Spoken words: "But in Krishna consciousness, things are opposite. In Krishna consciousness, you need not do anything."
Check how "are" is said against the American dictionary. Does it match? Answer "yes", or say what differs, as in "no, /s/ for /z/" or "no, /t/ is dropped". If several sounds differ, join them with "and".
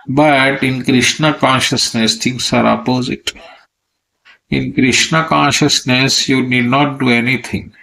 yes